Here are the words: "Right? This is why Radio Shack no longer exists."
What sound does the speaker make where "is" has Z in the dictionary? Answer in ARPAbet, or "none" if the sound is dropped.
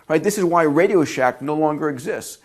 Z